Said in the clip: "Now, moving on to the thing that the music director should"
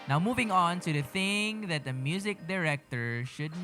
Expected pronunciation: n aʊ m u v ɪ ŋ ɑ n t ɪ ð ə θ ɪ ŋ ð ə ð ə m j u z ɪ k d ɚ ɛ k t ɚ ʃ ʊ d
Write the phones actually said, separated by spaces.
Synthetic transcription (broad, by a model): n aʊ m u v ɪ ŋ ɑ n t ɪ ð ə θ ɪ ŋ ð ə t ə m j u z ɪ k d ɚ ɛ k t ɚ ʃ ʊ d